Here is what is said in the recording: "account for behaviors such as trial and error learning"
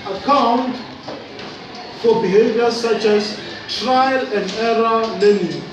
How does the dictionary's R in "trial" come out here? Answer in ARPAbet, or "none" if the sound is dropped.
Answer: R